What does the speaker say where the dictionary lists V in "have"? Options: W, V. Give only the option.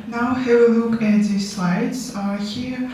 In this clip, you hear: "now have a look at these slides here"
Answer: W